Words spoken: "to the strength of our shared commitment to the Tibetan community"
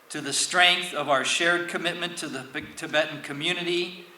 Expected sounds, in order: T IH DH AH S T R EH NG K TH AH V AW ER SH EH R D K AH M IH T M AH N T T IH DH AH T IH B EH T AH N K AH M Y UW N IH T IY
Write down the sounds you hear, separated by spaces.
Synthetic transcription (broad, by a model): T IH DH AH S T R EH NG K TH AH V AW ER SH EH R D K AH M IH T M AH N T T IH DH AH T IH B EH T N K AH M Y UW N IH T IY